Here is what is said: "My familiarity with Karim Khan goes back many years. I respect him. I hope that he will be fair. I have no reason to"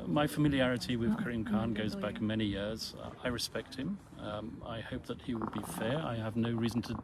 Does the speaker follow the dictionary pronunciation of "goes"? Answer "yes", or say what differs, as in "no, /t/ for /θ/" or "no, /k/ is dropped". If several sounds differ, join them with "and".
yes